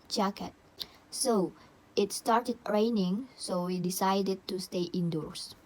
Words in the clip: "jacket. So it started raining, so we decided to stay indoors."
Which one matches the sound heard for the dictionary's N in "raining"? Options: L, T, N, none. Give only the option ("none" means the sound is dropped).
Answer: N